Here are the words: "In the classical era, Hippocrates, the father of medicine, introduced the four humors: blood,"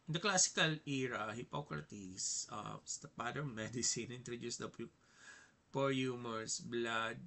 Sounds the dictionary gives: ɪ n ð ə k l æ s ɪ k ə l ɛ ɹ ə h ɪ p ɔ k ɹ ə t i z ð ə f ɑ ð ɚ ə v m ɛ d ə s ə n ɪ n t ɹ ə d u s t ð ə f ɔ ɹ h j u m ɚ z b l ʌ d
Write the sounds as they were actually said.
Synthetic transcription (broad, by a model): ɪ n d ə k l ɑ s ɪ k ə l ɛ ɹ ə h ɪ p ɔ k ɹ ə t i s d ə p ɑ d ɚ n m ɛ d ə s ə n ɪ n t ɹ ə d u s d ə p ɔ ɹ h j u m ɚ s b l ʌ d